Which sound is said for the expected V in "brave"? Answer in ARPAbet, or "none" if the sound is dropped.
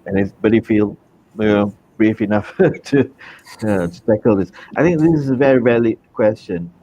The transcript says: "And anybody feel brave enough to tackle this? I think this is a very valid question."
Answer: F